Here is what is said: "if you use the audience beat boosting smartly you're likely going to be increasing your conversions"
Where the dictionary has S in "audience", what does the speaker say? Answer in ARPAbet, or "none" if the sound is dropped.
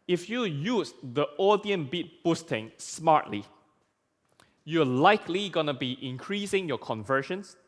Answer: none